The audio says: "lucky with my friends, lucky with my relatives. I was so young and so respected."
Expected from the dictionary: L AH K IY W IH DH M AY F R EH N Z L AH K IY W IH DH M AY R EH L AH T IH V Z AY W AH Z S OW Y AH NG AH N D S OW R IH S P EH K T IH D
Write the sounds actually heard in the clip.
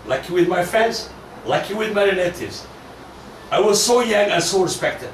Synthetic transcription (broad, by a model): L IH K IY W IH DH M AY F R EH N Z L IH K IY W IH DH M AY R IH N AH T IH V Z AY W AH Z S OW Y AH NG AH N S OW R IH S P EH K T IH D